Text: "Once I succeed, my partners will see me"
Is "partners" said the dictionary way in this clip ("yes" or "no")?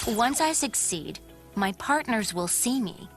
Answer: yes